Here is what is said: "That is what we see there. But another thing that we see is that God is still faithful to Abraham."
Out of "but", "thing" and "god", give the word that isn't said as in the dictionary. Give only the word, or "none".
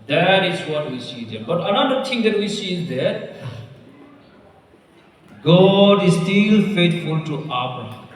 thing